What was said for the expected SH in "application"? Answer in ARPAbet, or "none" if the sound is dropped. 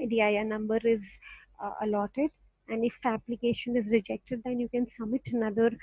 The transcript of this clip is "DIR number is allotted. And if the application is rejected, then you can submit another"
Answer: SH